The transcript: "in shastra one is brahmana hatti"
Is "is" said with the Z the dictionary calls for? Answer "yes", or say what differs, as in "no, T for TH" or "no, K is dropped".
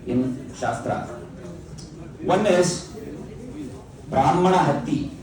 no, S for Z